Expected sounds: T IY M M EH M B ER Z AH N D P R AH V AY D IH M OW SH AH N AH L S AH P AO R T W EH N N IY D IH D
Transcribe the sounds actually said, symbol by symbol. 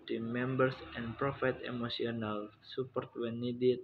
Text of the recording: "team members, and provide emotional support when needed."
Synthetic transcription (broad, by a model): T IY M M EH M B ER S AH N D P R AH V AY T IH M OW S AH N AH L S AH P AO R T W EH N N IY D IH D